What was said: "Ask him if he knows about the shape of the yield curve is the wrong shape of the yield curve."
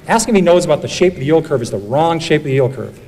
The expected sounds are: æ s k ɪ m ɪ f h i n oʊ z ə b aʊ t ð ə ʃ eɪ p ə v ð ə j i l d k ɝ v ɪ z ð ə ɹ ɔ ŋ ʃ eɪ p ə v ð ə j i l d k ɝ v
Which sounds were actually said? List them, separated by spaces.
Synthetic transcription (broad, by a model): æ s k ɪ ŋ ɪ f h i n oʊ z ə b aʊ t ð ə ʃ eɪ ə p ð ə j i l k ɝ v ɪ z ð ə ɹ ɔ ŋ ʃ eɪ ə p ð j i l k ɝ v